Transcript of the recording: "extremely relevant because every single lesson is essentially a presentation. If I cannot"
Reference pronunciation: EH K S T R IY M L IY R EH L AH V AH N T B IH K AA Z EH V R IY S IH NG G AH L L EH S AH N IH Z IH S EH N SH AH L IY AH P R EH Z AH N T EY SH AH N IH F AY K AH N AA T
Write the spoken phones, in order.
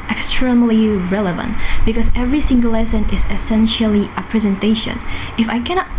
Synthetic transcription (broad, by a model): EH K S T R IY M L IY R EH L AH V AH N T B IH K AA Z EH V R IY S IH NG G AH L L EH S AH N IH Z IH S EH N SH AH L IY AH P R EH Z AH N T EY SH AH N IH F AY K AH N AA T